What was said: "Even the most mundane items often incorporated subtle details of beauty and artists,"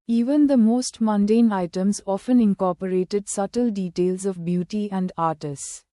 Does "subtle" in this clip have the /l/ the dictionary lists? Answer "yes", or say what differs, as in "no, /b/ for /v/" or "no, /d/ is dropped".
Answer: yes